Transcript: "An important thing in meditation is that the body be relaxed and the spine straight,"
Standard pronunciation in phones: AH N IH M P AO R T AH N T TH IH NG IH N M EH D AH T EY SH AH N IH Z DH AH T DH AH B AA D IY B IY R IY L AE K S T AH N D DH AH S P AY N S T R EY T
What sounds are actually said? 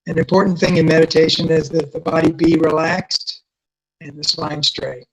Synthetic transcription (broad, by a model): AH N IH M P AO R T N TH IH NG IH N M EH D AH T EY SH AH N IH Z DH AH T DH AH B AA D IY B IY R IY L AE K S T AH N DH AH S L AY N S T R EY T